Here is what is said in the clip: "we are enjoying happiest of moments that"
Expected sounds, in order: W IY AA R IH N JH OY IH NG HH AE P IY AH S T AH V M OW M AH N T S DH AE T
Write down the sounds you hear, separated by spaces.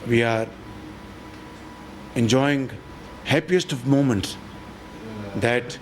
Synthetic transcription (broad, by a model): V IY AA R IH N JH OY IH NG HH AE P IY AH S T AH V M OW M AH N T S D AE T